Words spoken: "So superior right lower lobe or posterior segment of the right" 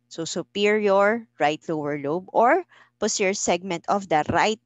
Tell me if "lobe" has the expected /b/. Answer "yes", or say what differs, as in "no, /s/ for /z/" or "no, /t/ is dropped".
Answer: yes